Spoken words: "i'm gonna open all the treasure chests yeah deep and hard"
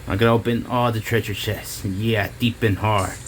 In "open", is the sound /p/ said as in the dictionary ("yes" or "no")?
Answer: no